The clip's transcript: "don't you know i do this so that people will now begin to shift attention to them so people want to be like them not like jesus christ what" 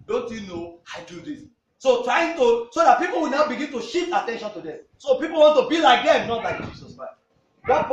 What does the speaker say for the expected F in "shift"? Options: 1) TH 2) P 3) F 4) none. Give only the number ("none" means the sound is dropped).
4